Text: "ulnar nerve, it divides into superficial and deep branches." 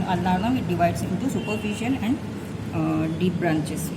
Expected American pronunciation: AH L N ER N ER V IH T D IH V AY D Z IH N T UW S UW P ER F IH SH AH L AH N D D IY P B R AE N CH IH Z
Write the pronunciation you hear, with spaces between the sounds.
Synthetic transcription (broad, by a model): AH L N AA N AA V IH T D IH V AY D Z IH N T UW S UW P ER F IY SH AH N AH N D D IY P B R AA N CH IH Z